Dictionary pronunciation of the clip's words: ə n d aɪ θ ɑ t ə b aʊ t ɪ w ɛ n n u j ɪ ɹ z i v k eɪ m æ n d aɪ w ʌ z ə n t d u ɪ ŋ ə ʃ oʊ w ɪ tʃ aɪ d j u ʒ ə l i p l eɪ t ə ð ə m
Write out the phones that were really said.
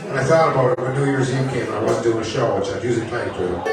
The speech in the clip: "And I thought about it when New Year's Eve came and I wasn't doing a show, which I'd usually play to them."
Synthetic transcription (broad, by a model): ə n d aɪ θ ɑ t ə b aʊ t ɪ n n u j ɪ ɹ z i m k eɪ m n aɪ w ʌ z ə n d u ɪ ŋ ə ʃ oʊ w ɪ tʃ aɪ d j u z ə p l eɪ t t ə